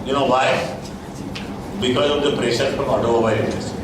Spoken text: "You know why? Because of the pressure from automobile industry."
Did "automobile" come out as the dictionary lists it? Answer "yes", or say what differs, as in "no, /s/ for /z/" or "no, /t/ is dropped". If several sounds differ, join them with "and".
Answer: no, /b/ is dropped